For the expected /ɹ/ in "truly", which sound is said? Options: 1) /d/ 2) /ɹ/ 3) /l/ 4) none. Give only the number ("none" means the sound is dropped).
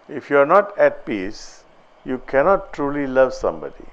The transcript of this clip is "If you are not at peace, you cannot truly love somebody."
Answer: 2